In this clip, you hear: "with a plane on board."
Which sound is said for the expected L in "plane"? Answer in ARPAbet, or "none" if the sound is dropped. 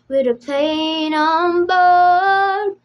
none